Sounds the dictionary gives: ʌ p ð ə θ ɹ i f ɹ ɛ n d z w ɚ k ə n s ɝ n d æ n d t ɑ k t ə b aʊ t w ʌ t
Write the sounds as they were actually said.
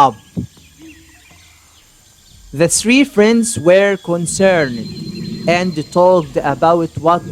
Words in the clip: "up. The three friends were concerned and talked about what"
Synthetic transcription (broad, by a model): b ð ə θ ɹ i f ɹ ɛ n d z w ɚ k ə n s ɝ n d æ n d t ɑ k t ə b aʊ t w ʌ t